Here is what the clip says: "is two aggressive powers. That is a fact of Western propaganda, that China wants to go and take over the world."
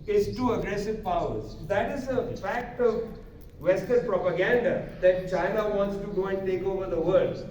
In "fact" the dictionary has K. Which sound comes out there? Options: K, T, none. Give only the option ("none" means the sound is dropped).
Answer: K